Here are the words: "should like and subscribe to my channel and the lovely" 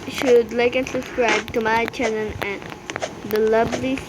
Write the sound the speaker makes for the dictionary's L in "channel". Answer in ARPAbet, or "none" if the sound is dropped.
N